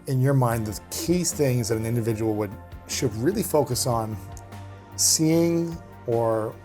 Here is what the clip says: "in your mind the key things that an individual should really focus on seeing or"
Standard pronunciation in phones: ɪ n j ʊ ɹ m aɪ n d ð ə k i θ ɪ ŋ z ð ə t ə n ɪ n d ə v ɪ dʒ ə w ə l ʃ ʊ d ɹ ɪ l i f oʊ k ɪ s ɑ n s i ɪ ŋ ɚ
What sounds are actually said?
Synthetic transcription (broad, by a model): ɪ n j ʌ ɹ m aɪ n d ð ə k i θ ɪ ŋ z ð ə t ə n ɪ n d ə v ɪ dʒ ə w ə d ʃ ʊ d ɹ ɪ l i f oʊ k ɪ s n s i ɪ ŋ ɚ